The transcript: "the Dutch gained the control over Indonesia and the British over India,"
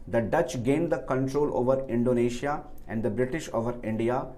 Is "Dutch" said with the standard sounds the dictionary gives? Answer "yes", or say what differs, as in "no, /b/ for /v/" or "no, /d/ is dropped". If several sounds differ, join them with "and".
yes